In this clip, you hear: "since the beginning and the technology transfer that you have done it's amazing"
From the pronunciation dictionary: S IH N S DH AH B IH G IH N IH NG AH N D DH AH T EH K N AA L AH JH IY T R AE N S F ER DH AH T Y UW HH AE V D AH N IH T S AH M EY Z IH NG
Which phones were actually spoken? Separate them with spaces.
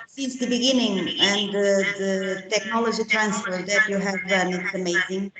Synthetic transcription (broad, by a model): S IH N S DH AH B IH G IH N IH NG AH N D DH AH T EH K N AA L AH JH IY T R AE N S F ER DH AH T Y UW HH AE V D AH N IH T S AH M EY Z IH NG